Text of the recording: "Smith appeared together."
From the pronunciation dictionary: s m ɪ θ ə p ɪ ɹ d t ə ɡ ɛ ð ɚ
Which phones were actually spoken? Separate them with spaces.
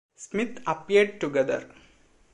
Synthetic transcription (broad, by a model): s m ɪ t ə p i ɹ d t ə ɡ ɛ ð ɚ